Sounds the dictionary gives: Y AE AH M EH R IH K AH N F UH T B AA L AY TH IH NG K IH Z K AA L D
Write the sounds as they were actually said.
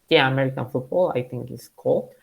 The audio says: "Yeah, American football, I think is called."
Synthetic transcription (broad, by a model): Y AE AH M EH R IH K AH N F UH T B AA L AY T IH NG K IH S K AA L